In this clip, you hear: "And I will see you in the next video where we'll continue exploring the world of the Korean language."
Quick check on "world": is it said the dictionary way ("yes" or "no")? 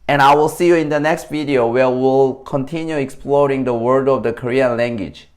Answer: no